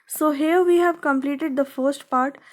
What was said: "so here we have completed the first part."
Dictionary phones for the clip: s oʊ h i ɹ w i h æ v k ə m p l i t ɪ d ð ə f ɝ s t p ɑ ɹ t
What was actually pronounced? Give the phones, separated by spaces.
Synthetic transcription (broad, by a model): s oʊ h i ɹ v i h æ v k ə m p l i t ɪ d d ə f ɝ s t p ɑ ɹ t